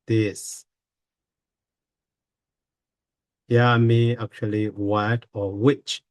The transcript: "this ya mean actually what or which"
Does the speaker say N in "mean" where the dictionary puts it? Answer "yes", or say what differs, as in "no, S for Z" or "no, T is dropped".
no, N is dropped